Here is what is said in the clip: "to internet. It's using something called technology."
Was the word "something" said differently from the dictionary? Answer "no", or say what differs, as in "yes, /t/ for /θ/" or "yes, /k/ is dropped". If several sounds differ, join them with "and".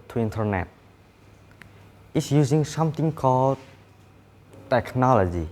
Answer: yes, /t/ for /θ/